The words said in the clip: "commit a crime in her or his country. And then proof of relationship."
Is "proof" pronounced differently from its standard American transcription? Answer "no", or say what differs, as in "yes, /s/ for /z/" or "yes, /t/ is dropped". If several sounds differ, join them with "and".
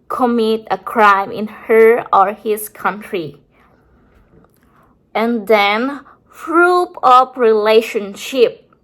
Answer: yes, /f/ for /p/ and /p/ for /f/